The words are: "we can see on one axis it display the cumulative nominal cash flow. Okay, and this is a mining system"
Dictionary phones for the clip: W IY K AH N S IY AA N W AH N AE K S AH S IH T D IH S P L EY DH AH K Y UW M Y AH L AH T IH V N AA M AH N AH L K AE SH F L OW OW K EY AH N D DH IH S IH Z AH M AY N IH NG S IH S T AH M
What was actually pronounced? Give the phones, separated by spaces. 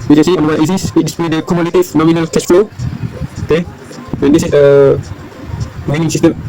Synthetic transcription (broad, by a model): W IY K S IY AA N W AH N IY S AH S IH T D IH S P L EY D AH K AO M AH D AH T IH F N AA M AH N AH L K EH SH F L OW OW K EY AH N D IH S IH S AH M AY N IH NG S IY S T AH M